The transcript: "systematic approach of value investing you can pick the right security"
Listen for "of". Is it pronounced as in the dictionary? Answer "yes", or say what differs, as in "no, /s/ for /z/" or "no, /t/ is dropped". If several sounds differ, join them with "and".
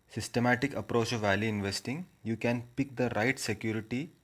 yes